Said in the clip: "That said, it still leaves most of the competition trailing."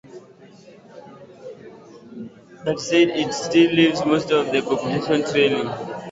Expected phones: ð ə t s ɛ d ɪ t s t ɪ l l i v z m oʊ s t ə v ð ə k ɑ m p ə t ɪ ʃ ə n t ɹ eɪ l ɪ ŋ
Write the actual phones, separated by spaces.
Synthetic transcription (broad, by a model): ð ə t s ɛ d ɪ t s t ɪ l l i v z m oʊ s t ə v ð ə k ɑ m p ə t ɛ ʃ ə n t ɹ eɪ n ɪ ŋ